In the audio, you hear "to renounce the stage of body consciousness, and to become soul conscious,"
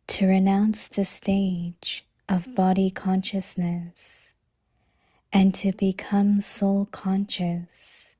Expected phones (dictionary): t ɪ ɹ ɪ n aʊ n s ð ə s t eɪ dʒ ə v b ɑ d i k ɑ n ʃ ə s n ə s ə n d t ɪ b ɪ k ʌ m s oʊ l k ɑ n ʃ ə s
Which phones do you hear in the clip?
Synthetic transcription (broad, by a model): t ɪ ɹ ɪ n aʊ n s ð ə s t eɪ dʒ ə v b ɑ d i k ɑ n ʃ ə s n ə s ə n t ɪ b ɪ k ʌ m s oʊ l k ɑ n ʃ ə s